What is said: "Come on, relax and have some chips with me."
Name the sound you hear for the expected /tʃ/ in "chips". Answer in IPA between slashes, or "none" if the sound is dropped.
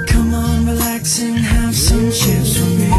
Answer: /ʃ/